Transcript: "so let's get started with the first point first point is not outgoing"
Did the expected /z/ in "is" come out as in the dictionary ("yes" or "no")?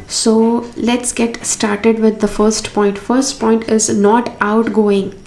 yes